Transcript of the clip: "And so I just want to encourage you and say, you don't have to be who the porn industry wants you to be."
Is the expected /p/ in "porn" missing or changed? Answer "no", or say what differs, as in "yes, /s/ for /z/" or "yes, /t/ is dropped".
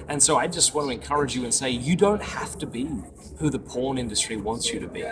no